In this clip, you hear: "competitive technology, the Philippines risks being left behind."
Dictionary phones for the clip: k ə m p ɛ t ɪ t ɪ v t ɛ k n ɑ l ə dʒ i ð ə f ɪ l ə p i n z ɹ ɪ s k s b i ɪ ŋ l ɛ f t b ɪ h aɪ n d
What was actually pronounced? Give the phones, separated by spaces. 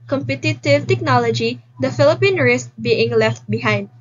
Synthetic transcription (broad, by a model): k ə m p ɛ t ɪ t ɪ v t ɛ k n ɑ l ə dʒ i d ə f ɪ l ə p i n ɹ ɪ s s b i ɪ ŋ l ɛ f t b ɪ h aɪ n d